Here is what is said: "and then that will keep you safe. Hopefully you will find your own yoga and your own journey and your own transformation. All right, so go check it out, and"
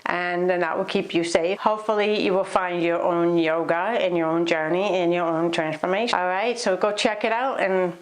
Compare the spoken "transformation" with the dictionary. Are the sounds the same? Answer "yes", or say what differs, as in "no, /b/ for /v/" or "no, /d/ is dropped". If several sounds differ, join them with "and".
no, /ʃ/ is dropped